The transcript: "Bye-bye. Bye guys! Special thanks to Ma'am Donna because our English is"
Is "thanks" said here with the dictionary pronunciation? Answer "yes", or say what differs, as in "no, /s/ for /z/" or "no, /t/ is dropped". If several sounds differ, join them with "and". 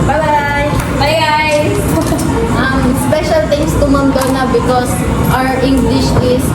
no, /t/ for /θ/ and /k/ is dropped